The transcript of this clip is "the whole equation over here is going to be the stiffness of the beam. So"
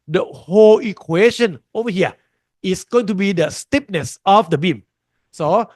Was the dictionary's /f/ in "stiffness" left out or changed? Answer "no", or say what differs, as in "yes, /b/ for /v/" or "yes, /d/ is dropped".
yes, /p/ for /f/